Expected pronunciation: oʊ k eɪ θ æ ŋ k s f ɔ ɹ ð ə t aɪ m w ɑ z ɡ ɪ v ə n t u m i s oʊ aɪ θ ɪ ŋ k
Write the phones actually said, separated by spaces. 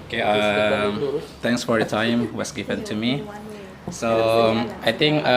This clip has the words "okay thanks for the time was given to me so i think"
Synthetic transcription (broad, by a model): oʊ k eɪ t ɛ ŋ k s f ɔ ɹ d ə t aɪ m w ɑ s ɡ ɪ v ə n t u m i s oʊ aɪ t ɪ ŋ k